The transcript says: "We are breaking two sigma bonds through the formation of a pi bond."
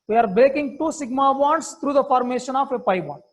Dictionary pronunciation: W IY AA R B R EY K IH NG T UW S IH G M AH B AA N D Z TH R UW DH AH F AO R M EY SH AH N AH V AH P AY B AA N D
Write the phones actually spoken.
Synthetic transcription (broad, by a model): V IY AA R B R EY K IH NG T UW S IH G M AH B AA N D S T R UW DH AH F AO R M EY SH AH N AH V AH P AY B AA N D